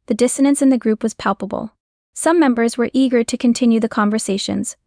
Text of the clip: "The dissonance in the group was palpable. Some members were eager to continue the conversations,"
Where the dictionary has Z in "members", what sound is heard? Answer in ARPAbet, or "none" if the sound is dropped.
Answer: Z